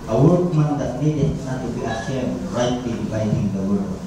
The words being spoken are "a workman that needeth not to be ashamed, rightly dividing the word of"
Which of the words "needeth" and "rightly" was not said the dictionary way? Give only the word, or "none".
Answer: needeth